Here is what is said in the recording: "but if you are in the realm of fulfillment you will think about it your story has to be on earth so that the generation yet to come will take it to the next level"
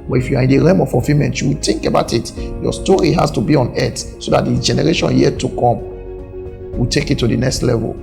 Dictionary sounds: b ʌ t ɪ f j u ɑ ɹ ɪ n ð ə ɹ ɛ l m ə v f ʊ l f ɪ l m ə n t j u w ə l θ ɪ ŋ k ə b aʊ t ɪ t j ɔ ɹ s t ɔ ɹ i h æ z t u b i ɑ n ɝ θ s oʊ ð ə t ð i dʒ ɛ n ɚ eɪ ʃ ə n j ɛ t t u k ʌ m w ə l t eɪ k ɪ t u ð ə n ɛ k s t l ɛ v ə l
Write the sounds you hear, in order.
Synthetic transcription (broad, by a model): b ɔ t ɪ f j u ɑ ɹ ɪ n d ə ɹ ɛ m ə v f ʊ f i m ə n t j u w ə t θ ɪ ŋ k ə b aʊ t ɪ t j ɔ s t ɔ ɹ i h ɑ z t u b i ɑ n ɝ t s oʊ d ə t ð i dʒ ɛ n ɚ eɪ ʃ ə n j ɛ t t u k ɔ m w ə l t eɪ k ɪ t u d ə n ɛ k s t l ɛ v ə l